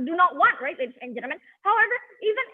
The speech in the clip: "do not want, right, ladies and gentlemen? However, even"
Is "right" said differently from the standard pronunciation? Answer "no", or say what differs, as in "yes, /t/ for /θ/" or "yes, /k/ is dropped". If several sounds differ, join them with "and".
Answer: no